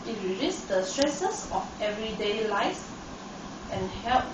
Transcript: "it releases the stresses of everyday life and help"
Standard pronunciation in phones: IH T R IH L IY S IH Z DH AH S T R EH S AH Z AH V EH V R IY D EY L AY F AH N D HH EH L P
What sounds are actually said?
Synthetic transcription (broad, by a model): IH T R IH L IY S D AH S T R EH S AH S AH F EH V R IY D EY L AY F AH N HH EH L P